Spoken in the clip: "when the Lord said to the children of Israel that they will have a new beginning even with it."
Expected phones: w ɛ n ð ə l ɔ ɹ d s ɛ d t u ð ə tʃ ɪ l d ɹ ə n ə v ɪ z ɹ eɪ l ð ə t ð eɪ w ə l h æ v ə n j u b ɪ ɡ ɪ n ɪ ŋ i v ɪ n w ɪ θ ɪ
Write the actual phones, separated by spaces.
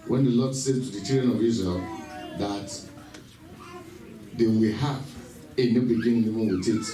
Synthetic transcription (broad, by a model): w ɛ n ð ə l ɔ d s ɛ d t u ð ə tʃ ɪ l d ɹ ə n ə v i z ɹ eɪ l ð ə t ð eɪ w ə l h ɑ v ə n j u b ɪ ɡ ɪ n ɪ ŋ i w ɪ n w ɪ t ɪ